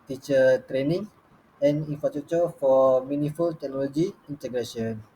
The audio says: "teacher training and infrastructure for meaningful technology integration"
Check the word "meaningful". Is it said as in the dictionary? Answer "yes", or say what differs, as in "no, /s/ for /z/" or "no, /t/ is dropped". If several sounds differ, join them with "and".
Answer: no, /ŋ/ is dropped